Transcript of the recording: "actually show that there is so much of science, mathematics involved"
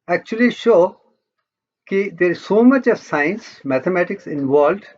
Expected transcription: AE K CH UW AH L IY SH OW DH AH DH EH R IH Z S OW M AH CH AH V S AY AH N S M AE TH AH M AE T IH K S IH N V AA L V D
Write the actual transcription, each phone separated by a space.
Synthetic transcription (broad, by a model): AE K CH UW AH L IY SH OW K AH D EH R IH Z S OW M AH CH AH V S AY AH N S M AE T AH M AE T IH K S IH N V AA L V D